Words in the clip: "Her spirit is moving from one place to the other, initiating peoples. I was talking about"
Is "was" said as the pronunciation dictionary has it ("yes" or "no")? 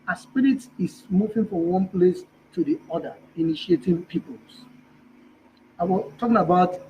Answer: no